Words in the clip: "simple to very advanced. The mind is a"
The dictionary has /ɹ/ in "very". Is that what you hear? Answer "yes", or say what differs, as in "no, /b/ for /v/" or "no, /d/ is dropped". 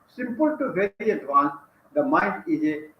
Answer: no, /ɹ/ is dropped